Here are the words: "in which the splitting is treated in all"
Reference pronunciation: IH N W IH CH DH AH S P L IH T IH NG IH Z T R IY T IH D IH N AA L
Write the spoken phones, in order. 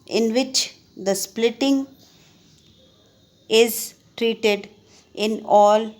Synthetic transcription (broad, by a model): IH N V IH CH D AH S P L IH T IH NG IH Z T R IY T IH D IH N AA L